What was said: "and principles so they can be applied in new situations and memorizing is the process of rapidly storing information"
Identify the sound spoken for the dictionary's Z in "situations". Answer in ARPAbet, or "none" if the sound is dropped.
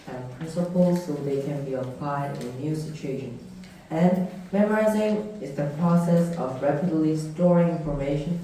none